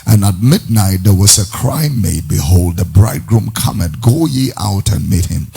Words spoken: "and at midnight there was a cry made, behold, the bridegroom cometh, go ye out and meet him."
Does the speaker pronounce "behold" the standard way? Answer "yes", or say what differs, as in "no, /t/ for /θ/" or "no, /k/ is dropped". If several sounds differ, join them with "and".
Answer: yes